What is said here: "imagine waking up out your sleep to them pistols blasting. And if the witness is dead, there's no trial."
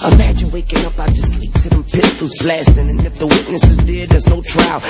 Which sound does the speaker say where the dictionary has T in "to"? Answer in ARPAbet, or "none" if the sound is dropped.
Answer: S